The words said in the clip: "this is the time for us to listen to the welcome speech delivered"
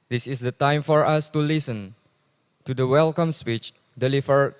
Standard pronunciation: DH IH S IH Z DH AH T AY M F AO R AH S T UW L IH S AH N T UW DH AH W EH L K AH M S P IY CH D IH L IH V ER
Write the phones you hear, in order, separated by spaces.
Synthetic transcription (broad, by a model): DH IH S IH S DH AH T AY M F AO R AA S T UW L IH S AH N T UW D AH W EH L K AH M S P IY CH D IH L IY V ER